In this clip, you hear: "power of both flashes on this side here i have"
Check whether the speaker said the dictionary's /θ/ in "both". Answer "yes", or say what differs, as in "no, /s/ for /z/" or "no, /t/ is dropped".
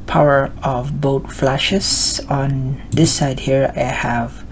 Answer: no, /t/ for /θ/